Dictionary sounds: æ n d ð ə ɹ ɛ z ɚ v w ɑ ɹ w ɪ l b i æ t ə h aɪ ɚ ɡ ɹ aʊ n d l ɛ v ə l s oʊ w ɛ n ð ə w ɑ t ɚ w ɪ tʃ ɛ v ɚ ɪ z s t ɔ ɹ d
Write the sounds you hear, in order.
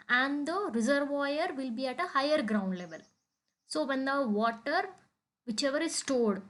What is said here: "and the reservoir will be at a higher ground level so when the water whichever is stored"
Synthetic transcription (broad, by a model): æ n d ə ɹ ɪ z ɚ v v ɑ ɹ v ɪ l b i æ t ə h aɪ ɚ ɡ ɹ aʊ n d l ɛ v ə l s oʊ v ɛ n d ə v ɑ t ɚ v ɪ tʃ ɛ v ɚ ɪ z s t ɔ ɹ d